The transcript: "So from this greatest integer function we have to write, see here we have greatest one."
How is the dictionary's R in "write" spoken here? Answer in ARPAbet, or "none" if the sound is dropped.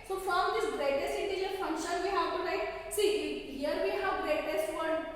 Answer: L